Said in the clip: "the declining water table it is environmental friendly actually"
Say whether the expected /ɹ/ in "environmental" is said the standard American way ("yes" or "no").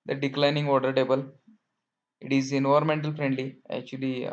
no